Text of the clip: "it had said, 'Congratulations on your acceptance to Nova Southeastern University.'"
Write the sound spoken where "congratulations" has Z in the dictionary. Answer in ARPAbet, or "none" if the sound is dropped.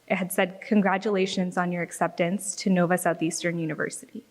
Z